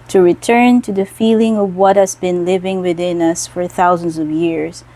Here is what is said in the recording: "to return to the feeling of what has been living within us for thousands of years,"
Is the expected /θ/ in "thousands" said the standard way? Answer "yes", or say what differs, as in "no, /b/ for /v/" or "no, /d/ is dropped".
yes